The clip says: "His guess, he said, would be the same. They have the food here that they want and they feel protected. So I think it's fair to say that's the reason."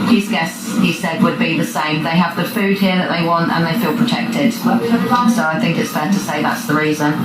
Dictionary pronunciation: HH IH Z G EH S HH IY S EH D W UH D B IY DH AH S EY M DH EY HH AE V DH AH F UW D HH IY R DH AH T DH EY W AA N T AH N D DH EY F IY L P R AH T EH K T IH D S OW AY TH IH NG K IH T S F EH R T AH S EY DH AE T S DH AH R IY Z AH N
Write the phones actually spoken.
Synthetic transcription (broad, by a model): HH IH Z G EH S HH IY S EH D W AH D B IY DH AH S EY M DH EY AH V DH AH F UW D HH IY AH DH AH T DH EY W AA N T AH N DH EY F IY L P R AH T EH K T IH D S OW AY TH IH NG K IH T S F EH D T AH S EY DH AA T S DH AH R IY Z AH N